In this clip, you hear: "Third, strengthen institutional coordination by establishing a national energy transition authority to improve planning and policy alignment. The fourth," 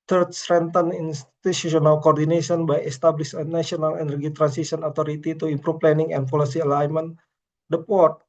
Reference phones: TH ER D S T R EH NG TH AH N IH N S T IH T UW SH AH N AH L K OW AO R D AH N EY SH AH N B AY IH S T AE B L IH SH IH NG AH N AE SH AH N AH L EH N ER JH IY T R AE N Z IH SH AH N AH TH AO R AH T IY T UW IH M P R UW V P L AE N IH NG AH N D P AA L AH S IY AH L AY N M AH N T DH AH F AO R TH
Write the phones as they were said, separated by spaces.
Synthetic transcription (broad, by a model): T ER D S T R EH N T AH N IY N S T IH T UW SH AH N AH L K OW AO R D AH N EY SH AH N B AY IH S T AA B L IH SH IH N AH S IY AH N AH L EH N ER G IY T R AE N S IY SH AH N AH T AO R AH T IY T UW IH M P R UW F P L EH N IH NG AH N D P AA L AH S IY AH L AY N M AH N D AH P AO R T